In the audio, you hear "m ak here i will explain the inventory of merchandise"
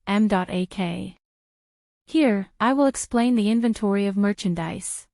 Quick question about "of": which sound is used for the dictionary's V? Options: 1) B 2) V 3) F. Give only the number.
2